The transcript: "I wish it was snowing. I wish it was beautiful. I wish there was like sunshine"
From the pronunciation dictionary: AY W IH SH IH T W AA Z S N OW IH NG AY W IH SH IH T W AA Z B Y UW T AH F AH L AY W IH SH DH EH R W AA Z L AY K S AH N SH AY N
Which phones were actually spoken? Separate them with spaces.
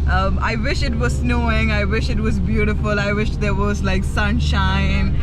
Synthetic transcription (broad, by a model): AY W IH SH IH T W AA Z S N OW IH NG AY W IH SH IH T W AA Z B Y UW T AH F AH L AY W IH SH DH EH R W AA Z L AY K S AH N SH AY N